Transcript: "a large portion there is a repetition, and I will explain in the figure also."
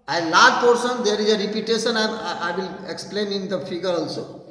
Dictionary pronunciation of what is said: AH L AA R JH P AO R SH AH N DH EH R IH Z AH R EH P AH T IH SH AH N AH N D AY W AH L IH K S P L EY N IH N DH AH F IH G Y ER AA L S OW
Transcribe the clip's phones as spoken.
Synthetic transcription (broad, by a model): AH L AA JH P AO R S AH N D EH R IH Z AH R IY P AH T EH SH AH N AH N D AY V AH L IH K S P L EY N IH N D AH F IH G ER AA L S OW